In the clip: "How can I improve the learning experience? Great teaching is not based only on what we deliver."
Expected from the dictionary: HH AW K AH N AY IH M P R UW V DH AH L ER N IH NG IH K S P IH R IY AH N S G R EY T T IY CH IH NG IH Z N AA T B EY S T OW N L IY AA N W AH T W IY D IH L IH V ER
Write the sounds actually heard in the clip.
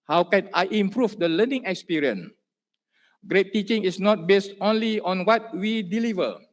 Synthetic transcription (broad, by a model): HH AW K AH N AY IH M P R UW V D AH L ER N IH NG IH K S P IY R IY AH N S G R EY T T IY CH IH NG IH S N AA T B EY S T OW N L IY AA N W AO T W IY D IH L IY V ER